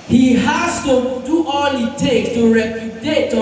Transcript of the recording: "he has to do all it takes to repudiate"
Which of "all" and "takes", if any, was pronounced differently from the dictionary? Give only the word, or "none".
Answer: takes